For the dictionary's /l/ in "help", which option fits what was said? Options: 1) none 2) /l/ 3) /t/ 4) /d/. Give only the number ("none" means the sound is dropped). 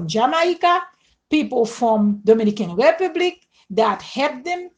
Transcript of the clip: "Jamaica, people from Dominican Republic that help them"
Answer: 1